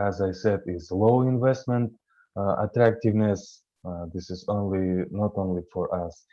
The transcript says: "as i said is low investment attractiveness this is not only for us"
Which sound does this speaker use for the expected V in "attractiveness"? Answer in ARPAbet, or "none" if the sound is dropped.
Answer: V